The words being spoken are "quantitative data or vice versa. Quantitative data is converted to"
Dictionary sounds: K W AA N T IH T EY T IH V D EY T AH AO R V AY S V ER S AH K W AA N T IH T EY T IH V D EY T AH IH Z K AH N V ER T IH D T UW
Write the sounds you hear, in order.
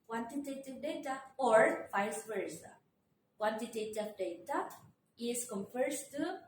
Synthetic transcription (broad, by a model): K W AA N T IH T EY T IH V D EY T AH AO R F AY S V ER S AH K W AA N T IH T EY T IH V D EY T AH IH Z K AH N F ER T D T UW